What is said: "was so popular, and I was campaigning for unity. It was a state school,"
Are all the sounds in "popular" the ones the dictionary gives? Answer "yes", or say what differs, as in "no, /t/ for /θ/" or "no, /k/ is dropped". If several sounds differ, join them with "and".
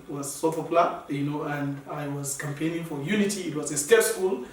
no, /f/ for /p/ and /n/ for /l/